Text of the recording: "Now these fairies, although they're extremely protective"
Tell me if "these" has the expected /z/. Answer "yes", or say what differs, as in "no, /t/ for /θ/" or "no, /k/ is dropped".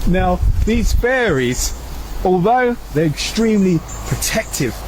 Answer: yes